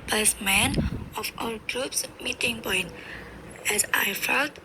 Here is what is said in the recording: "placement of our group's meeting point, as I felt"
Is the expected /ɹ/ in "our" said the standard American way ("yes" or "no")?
no